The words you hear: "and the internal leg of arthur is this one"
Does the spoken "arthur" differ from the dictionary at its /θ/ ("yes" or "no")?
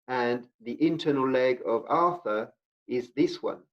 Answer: no